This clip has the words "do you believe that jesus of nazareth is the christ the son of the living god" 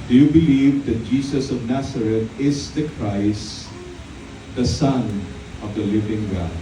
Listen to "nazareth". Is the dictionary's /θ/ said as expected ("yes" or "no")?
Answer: no